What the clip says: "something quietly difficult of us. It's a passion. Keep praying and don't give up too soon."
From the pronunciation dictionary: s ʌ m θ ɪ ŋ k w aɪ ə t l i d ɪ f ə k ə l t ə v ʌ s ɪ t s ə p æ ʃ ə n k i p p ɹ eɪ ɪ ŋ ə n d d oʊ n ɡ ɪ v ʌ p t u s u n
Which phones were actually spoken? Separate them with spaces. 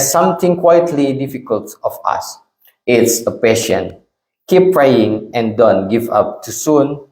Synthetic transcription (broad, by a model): s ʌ m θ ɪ ŋ k w aɪ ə t l i d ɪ f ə k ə l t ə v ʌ s ɪ t s ə p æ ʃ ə n k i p p ɹ eɪ ɪ ŋ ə n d d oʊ n ɡ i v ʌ p t u s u n